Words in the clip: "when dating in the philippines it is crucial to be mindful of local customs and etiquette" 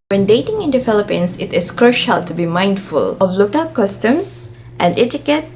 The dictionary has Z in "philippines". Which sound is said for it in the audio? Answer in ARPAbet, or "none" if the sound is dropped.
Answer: S